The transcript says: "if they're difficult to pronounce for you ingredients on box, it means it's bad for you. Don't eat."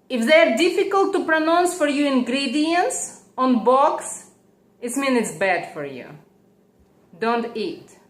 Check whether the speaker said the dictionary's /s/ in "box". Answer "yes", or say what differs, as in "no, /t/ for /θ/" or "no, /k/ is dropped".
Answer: yes